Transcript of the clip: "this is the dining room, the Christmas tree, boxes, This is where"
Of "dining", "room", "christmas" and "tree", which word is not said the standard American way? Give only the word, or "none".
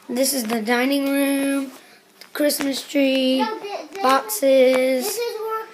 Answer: none